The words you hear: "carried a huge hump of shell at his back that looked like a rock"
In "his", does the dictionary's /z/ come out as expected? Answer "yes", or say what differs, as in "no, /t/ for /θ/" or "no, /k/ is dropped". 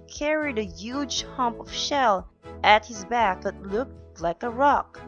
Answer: yes